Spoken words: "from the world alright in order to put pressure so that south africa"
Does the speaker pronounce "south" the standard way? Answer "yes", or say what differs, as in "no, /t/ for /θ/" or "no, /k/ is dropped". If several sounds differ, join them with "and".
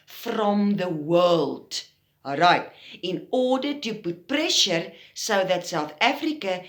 yes